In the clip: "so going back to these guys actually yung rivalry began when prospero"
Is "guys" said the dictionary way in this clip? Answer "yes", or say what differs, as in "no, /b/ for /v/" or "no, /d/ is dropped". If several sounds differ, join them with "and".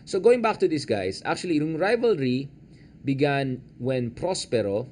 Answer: no, /s/ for /z/